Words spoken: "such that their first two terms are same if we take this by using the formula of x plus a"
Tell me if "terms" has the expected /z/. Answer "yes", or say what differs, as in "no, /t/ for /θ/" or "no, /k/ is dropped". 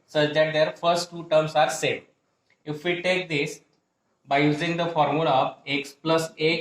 no, /s/ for /z/